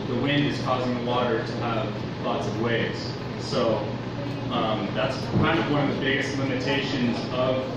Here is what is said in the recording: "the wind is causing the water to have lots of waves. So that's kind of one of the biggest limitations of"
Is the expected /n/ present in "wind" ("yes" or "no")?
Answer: yes